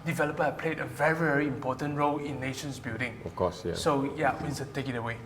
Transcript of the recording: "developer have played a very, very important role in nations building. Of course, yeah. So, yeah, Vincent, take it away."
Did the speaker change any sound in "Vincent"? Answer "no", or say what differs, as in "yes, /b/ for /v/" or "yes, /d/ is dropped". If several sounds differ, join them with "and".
yes, /w/ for /v/